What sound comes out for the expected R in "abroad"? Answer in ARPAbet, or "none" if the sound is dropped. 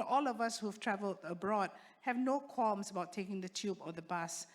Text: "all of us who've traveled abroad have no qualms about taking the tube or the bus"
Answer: R